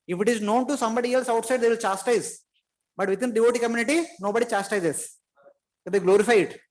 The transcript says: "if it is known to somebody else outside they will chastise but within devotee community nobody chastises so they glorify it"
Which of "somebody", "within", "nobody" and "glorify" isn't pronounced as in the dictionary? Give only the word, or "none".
within